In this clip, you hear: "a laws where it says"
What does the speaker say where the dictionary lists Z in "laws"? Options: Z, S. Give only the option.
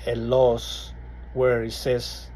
S